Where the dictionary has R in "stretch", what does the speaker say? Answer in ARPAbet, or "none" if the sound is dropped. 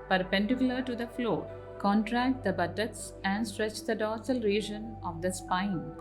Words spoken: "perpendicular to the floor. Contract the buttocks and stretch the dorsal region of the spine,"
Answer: R